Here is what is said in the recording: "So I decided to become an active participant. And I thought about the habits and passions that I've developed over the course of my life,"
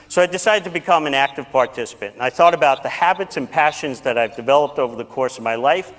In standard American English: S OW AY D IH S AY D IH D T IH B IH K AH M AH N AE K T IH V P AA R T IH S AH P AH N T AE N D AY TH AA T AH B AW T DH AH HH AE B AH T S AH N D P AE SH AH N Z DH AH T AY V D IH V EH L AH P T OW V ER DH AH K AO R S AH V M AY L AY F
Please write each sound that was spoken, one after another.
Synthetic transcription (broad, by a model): S OW AY D IH S AY D IH D T IH B IH K AH M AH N AE K T IH V P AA R T IH S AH P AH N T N AY TH AA T AH B AW T DH AH HH AE B AH T S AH N P AE SH AH N Z DH AH T AY V D IH V EH L AH P T OW V ER DH AH K AO R S AH V M AY L AY F